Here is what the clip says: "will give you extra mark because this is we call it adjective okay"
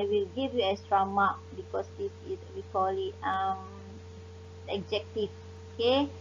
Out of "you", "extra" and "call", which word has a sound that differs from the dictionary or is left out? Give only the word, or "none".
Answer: extra